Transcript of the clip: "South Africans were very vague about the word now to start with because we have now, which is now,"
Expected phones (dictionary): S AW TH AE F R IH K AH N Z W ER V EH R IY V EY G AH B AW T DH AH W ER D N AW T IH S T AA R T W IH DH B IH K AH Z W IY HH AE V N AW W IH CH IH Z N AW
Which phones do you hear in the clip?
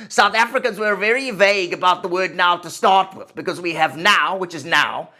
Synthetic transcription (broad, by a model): S AW TH AE F R IH K AH N Z W ER V EH R IY V EY G AH B AW T DH AH W ER D N AW T IH S T AA R T W IH DH B IH K AH Z W IY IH V N AW W IH CH IH Z N AW